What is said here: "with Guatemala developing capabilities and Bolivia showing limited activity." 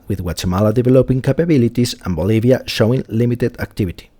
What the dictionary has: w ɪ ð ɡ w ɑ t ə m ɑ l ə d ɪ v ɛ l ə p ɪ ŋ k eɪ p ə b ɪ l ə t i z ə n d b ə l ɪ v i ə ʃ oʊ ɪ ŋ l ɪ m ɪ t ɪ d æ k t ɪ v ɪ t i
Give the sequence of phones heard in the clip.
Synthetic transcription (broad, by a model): w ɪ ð w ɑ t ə m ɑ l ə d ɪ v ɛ l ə p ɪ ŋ k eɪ p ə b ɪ l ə t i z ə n b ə l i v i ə ʃ oʊ ɪ ŋ l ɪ m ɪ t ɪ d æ k t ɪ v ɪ t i